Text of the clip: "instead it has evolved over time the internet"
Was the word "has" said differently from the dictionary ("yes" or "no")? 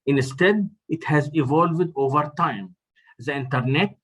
no